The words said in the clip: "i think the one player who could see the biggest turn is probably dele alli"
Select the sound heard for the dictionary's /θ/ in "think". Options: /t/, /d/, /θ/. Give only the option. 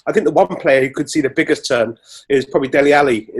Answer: /θ/